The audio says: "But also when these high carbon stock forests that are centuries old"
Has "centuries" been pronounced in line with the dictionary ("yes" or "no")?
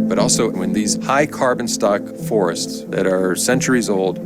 yes